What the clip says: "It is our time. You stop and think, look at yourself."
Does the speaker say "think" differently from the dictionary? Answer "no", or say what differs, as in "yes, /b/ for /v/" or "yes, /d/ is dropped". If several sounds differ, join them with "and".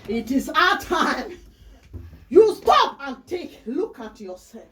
yes, /ŋ/ is dropped